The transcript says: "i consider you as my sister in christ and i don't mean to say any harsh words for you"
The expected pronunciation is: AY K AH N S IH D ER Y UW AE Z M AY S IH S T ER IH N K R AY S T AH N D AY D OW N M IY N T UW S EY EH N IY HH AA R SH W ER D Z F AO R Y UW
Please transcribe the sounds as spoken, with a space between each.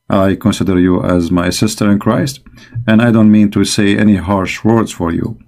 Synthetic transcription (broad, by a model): AY K AH N S IH D ER Y UW AE Z M AY S IH S T ER IH N K R AY S T AH N D AY D OW N M IY N T UW S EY EH N IY HH AA R SH W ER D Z F AO R Y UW